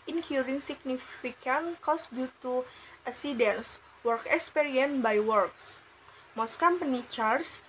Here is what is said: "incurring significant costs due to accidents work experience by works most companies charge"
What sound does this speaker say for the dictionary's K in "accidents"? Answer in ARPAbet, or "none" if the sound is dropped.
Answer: none